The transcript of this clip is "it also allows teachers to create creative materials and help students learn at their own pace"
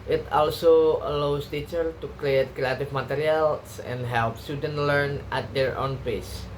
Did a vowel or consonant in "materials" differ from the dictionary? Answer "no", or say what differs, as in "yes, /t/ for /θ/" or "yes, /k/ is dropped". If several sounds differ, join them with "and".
yes, /s/ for /z/